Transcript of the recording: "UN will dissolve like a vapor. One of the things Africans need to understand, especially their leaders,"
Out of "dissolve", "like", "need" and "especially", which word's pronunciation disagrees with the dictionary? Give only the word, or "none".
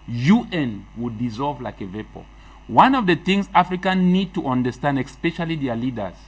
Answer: none